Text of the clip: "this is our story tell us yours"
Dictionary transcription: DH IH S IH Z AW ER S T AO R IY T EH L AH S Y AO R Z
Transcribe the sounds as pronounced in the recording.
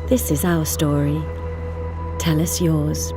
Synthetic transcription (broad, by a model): DH IH S IH Z AW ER S T AO R IY T EH L AH S Y AO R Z